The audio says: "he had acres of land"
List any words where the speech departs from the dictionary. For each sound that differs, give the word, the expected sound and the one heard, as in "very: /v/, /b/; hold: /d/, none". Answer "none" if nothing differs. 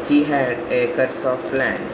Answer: acres: /z/, /s/; of: /v/, /p/